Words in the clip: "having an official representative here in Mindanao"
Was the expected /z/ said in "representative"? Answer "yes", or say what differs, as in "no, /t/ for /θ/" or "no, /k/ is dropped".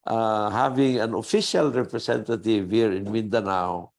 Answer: no, /s/ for /z/